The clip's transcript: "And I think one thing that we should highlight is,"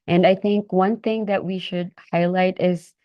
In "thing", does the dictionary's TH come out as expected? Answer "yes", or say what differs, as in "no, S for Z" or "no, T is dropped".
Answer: yes